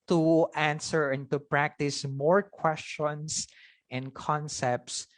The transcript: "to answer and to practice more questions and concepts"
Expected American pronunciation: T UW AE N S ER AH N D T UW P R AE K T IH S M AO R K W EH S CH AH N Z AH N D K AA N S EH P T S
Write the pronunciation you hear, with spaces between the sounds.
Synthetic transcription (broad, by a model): T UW AE N S ER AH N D T UW P R AE K T IH S M AO R K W EH S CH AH N S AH N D K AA N S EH P T S